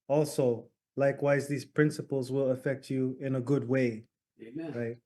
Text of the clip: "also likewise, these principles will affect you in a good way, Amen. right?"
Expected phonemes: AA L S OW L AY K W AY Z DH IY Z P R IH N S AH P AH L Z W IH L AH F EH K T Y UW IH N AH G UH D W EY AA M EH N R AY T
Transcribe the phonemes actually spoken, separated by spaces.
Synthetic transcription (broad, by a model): AA L S OW L AY K W AY Z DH IY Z P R IH N S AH P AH L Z W IH L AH F EH K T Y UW IH N AH G UH D W EY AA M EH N R AY T